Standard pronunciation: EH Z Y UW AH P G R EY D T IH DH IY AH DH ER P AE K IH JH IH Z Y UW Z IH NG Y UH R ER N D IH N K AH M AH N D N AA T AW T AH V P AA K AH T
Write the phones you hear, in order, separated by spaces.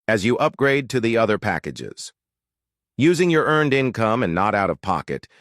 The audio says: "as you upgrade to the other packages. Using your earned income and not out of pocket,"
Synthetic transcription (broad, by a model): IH Z Y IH AH P G R EY D T IH DH IY AH DH ER P AE K IH JH IH Z Y UW Z IH NG Y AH R ER N D IH N K AH M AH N N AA T AW T AH V P AA K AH T